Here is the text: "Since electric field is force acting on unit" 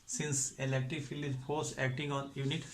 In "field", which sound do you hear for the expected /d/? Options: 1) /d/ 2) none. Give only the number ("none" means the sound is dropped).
2